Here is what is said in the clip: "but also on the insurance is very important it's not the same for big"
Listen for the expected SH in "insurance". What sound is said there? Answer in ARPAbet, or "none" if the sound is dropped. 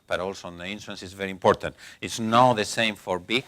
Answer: S